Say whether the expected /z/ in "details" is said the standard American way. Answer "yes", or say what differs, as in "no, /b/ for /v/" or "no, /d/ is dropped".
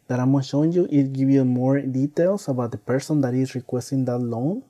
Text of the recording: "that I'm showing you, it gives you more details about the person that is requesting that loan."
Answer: no, /s/ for /z/